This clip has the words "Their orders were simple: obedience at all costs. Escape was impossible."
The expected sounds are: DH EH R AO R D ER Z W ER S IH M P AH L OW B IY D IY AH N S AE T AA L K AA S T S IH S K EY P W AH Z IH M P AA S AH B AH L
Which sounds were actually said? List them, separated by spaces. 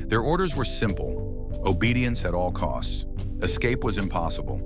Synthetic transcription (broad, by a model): DH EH R AO R D ER Z W ER S IH M P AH L OW B IY D IY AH N S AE T AA L K AA S T S IH S K EY P W AH Z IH M P AA S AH B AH L